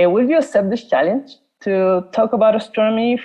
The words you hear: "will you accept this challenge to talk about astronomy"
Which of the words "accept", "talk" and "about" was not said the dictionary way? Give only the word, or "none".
accept